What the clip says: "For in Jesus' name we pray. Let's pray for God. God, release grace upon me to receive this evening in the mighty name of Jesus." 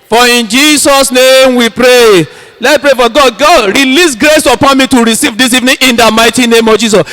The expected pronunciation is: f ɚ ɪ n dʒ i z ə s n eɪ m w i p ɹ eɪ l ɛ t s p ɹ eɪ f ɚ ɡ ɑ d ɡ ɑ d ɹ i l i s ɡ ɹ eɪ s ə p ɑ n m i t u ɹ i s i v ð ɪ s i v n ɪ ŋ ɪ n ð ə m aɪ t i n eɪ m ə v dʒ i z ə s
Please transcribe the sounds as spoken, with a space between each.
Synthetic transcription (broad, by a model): f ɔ ɪ n dʒ i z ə s n eɪ m w i p ɹ eɪ l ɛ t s p ɹ eɪ f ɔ ɡ ɑ d ɡ ɑ d ɹ i l i s ɡ ɹ eɪ s ə p ɑ n m i t u ɹ i s i v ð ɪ s i v n ɪ ŋ ɪ n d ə m aɪ t i n eɪ m ə v dʒ i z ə s